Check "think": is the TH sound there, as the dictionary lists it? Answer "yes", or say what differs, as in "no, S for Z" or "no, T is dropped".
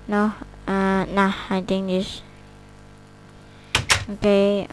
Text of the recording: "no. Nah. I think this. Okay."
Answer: no, T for TH